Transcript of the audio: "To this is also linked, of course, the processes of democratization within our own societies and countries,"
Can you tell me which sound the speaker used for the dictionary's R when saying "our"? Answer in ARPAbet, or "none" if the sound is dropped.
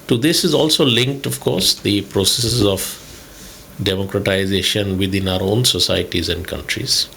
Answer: R